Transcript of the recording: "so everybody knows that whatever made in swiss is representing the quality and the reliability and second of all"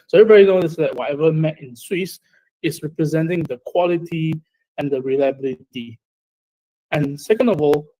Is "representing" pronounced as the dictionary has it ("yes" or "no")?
yes